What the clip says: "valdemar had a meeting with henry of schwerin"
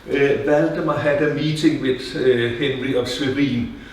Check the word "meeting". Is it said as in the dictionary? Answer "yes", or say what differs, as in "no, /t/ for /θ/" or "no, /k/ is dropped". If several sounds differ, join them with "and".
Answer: no, /s/ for /t/